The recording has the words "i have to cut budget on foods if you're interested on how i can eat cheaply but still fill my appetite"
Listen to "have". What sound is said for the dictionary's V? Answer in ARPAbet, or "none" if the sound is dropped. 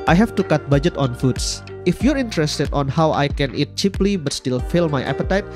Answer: F